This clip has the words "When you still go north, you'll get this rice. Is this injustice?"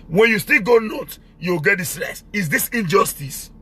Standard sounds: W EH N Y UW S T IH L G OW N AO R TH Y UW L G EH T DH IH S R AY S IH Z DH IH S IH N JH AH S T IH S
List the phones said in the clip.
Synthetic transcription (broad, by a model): W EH N Y UW S T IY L G OW N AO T Y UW W G EH T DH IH S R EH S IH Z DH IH S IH N JH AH S T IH S